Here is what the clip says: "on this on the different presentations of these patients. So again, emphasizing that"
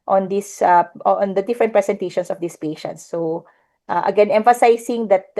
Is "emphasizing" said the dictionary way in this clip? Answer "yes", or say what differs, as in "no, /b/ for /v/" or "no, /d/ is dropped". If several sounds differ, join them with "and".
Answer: no, /s/ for /z/